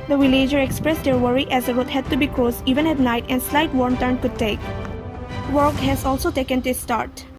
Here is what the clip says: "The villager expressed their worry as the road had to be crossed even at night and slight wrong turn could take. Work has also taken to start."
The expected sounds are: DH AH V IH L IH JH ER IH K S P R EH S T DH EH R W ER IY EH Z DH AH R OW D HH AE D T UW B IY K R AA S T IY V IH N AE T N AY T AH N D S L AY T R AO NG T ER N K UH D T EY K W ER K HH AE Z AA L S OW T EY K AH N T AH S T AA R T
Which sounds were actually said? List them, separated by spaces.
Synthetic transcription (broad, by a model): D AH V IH L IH JH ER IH K S P R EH S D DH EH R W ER IY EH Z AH W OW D HH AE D T UW B IY K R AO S IY V IH N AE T N AY T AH N S L AY T W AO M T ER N K UH D T EY K W ER K HH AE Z AA L S OW T EY K AH N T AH S T AA R T